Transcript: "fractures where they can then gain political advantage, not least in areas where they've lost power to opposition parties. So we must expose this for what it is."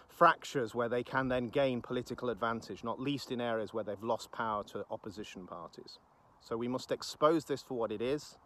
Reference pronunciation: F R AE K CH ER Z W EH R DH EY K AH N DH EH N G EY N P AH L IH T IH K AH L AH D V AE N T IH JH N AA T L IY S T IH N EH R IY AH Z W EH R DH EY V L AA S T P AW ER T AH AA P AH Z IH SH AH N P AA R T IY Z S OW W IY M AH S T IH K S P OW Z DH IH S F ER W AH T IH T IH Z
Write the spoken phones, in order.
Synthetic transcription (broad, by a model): F R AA K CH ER Z W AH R DH EY K AH N DH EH N G EY N P AH L IH T IH K AH L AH D V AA N T IH JH N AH T L IY S T IH N EH R IY AH Z W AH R DH EY V L AA S P AW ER T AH AA P AH Z IH SH AH N P AA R T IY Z S OW W IY M AH S T IH K S P OW Z DH IH S F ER W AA T IH T IH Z